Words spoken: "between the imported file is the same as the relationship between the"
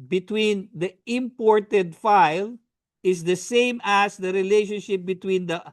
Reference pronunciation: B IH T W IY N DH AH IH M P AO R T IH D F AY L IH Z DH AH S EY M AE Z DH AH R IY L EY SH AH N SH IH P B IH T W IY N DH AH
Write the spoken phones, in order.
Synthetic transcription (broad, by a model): B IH T W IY N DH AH IH M P AO R T IH D F AY L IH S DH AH S EY M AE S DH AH R IY L EY SH AH N SH IH P B IH T W IY N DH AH